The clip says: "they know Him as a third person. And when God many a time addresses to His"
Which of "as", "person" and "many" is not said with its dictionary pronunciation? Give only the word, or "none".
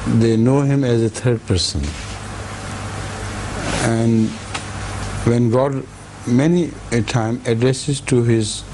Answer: none